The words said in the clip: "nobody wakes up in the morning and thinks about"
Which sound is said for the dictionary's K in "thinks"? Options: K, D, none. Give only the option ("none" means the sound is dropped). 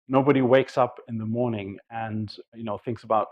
K